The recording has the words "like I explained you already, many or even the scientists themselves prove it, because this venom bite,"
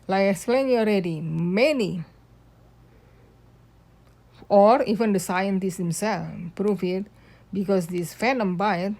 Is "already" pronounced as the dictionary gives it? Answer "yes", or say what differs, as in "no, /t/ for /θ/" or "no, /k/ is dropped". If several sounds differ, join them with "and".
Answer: yes